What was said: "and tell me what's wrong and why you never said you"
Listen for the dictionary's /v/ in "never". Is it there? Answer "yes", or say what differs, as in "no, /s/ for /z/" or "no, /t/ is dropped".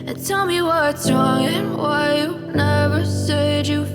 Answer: yes